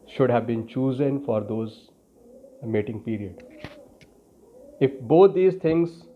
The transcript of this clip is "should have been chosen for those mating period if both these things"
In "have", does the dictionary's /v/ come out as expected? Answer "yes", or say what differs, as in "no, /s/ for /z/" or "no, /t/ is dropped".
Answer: yes